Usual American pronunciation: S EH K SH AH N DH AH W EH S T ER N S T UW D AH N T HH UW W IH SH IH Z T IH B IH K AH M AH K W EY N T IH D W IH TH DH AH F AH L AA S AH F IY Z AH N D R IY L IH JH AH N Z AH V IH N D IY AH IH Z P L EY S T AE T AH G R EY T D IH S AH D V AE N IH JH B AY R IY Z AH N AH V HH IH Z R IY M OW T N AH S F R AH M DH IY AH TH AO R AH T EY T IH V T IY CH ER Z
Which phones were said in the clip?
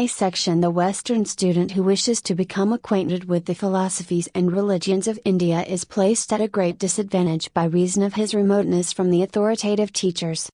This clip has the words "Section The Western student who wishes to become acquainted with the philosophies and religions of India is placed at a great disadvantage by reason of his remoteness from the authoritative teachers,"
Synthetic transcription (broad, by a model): S EH K SH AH N DH AH W EH S T ER N S T UW D N T HH UW W IH SH IH Z T IH B IH K AH M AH K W EY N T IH D W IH DH AH F AH L AA S AH F IY Z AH N R IY L IH JH AH N Z AH V IH N D IY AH IH Z P L EY S T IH T AH G R EY T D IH S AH D V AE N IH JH B AY R IY Z AH N AH V IH Z R IY M OW T N AH S F R AH M DH IY AH TH AO R AH T EY T IH V T IY CH ER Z